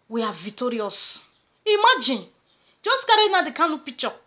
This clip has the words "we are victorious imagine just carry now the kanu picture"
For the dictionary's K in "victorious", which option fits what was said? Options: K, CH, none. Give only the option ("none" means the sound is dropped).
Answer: none